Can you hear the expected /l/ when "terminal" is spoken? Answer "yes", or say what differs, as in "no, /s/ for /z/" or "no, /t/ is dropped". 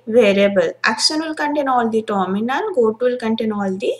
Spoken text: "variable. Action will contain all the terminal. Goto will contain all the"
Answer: no, /n/ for /l/